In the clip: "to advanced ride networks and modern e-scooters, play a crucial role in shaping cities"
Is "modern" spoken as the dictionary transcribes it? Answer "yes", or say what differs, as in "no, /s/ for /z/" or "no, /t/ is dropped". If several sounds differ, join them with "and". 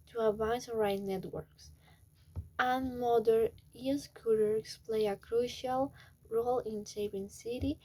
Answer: no, /n/ is dropped